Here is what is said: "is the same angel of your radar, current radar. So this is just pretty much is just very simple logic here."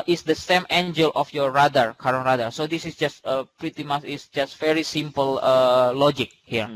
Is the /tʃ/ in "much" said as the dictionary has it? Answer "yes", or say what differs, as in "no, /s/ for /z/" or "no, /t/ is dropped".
no, /s/ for /tʃ/